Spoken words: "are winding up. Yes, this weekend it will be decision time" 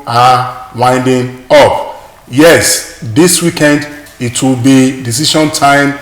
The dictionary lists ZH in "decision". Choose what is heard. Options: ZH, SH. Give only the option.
SH